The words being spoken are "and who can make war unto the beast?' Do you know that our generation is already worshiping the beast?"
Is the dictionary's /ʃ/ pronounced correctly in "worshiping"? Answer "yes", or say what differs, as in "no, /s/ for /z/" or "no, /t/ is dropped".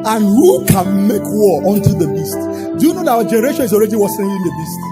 no, /s/ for /ʃ/